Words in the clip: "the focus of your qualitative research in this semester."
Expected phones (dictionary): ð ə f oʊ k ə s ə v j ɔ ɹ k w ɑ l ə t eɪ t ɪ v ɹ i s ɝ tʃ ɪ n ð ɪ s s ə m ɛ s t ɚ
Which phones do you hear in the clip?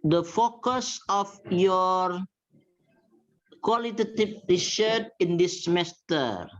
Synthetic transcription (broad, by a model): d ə f oʊ k ə s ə f j ɔ ɹ k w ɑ l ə t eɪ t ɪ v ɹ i ʃ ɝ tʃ ɪ n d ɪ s s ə m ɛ s t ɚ